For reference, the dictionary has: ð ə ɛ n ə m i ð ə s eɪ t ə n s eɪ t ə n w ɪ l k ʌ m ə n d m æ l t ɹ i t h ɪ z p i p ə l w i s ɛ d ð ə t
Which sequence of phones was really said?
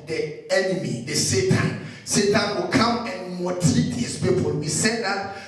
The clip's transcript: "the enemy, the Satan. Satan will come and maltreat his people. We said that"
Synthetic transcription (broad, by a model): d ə ɛ n ə m i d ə s eɪ t ə n s eɪ t ə n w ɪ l k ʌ m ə n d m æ t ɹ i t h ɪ s p i p ə l w i s ɛ d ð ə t